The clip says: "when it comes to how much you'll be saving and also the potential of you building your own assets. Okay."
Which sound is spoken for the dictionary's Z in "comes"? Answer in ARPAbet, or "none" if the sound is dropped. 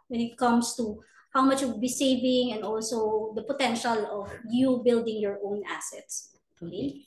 S